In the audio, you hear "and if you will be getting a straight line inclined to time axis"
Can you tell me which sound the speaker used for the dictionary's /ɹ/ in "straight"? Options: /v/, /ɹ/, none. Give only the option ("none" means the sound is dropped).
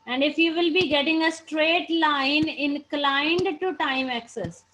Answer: /ɹ/